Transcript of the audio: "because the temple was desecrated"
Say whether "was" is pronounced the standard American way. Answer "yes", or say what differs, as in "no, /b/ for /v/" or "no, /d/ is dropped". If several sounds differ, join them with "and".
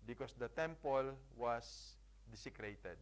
no, /s/ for /z/